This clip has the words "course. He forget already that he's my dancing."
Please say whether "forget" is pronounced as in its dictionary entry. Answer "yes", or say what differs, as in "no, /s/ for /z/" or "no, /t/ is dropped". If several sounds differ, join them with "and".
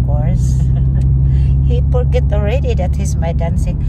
no, /p/ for /f/